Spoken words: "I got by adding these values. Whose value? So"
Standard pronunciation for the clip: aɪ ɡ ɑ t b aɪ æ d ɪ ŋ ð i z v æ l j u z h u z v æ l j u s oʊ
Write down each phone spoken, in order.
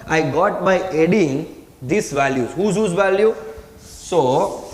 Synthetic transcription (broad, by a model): aɪ ɡ ɑ t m aɪ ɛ d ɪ ŋ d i s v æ l j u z h u z v æ l j u s oʊ